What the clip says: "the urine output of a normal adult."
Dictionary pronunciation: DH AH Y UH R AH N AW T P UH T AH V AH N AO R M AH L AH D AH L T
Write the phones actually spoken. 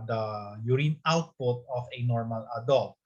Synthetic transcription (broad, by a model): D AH Y UH R AH N AW T P UH T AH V AH N AO R M AH L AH D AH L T